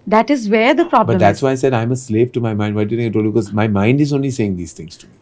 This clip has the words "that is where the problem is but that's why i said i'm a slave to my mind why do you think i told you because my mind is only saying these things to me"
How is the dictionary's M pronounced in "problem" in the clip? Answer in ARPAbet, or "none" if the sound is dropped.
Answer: none